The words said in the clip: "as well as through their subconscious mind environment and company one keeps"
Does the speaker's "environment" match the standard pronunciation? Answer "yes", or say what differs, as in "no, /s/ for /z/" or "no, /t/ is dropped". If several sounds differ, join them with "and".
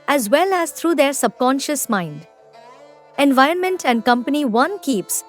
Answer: yes